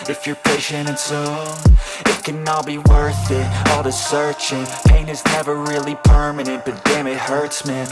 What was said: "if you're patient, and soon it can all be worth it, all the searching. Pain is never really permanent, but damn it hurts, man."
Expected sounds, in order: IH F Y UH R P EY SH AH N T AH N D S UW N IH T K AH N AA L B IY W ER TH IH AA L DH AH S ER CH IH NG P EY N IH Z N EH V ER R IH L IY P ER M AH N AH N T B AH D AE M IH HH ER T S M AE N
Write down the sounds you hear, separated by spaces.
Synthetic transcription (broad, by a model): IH F Y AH R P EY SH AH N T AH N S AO IH T K AH N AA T B IY W ER TH IH AA L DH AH S ER CH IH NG P EY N IH Z N EH V ER R IH L IY P ER M AH N AH N T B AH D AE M IH HH ER T S M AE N